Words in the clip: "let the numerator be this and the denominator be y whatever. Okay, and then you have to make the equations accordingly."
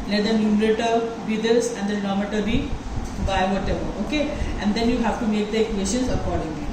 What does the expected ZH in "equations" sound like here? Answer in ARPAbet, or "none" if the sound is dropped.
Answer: S